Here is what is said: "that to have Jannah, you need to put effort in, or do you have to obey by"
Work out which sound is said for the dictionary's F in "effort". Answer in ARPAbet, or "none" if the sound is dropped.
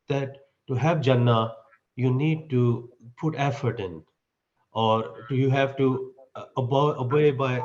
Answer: F